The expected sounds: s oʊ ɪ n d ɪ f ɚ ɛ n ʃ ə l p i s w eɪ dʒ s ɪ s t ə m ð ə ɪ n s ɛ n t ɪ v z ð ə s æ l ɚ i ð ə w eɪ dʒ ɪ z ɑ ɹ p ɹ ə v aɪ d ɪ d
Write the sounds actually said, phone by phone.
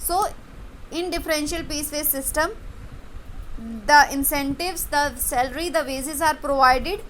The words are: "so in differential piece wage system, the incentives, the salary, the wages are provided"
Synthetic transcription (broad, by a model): s oʊ ɪ n d ɪ f ɚ ɛ n ʃ ə l p i s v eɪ s ɪ s t ə m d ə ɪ n s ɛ n t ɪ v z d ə s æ l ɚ i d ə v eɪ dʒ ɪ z ɑ ɹ p ɹ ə v aɪ d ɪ d